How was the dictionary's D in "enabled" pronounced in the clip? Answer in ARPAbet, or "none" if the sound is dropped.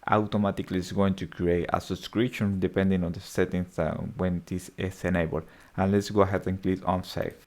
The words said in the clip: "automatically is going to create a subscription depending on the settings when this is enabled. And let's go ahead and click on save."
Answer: none